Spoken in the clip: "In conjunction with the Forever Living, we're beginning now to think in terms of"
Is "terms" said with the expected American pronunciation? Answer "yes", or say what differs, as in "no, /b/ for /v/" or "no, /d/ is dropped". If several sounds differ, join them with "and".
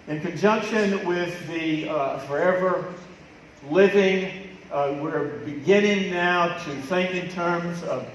yes